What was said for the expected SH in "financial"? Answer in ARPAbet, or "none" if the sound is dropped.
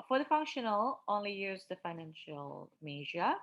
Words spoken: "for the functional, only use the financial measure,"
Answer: SH